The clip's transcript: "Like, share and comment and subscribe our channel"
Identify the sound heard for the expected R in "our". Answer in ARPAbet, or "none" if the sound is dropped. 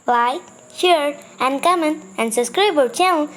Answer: L